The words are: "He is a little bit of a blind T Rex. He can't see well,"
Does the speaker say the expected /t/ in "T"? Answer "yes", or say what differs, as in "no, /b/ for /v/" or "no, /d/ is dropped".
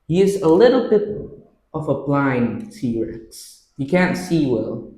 no, /s/ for /t/